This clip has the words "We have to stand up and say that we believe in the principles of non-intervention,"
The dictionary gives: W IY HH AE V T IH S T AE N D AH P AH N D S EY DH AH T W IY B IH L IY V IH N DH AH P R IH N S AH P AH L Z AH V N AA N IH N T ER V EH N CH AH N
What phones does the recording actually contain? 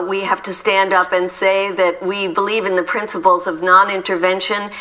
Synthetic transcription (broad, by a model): W IY HH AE F T IH S T AE N D AH P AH N S EY DH AH T W IY B IH L IY V IH N DH AH P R IH N S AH P L Z AH V N AA N IH N T ER V EH N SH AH N